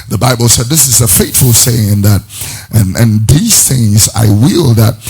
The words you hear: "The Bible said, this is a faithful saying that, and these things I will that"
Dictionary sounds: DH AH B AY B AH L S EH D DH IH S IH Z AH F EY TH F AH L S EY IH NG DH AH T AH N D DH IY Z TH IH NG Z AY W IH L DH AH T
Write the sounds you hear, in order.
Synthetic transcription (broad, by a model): DH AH B AY B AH L S EH D DH IH S IH Z AH F EY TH F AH L S EY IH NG DH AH T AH N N DH IY Z TH IH NG Z AY W IH L DH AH T